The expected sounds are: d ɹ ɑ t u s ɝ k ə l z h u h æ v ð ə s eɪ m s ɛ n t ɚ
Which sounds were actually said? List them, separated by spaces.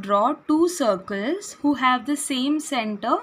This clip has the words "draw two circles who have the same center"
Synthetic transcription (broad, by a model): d ɹ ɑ t u s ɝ k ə l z h u h æ v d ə s eɪ m s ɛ n t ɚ